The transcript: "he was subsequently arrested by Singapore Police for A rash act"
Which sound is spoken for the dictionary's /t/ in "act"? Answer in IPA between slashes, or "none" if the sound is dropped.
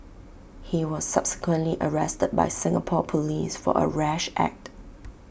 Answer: /t/